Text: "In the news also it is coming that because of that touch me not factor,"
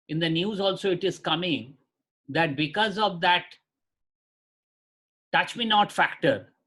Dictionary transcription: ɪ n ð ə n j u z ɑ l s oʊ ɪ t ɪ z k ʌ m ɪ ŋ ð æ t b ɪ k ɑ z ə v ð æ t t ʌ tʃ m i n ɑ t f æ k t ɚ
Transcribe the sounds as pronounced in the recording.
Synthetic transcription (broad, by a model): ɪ n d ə n j u z ɑ l s oʊ ɪ t ɪ z k ʌ m ɪ ŋ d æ t b ɪ k ɑ z ə v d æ t t ʌ tʃ m i n ɑ t f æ k t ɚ